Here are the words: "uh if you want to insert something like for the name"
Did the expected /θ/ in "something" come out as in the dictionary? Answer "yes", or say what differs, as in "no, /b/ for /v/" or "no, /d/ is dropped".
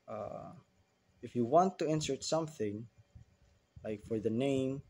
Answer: yes